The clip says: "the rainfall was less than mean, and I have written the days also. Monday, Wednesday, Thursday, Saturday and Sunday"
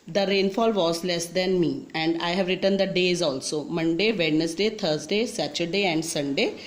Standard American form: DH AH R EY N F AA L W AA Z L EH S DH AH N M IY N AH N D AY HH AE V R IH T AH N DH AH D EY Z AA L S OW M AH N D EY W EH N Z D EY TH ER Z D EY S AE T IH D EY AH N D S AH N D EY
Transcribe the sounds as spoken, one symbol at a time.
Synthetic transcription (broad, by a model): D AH R EY N F AA L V AA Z L EH S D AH N M IY AH N D AY HH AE V R IH T AH N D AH D EY Z AA L S OW M AH N D EY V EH N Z D EY T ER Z D EY S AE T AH D EY AH N D S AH N D EY